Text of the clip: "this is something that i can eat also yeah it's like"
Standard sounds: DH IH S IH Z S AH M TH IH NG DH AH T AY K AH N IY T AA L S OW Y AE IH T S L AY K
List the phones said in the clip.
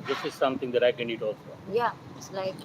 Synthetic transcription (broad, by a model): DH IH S IH Z S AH M T IH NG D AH T AY K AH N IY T AA L S OW Y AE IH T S L AY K